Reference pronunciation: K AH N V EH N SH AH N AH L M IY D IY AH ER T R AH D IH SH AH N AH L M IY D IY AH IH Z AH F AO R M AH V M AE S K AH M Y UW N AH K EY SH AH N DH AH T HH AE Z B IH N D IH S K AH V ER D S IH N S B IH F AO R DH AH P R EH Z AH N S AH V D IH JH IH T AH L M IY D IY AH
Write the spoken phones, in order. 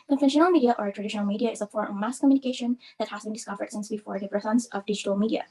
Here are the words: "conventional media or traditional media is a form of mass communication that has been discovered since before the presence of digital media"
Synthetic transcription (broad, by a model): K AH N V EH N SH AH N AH L M IY D IY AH ER T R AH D IH SH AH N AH L M IY D IY AH IH Z AH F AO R AH M AE S K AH M Y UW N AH K EY SH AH N DH AH T HH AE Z B IH N D IH S K AH V ER D S IH N S B IH F AO R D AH F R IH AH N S AH V D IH JH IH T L M IY D IY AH